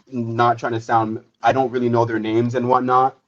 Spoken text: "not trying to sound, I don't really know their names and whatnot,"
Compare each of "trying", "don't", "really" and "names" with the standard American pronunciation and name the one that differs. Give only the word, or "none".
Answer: none